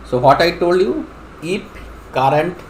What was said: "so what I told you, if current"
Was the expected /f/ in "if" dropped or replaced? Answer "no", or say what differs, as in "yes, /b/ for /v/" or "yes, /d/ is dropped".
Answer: yes, /p/ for /f/